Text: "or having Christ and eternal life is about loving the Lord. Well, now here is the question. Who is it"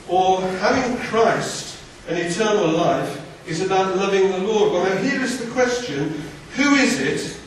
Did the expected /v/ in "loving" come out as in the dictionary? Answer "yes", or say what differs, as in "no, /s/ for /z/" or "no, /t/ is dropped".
yes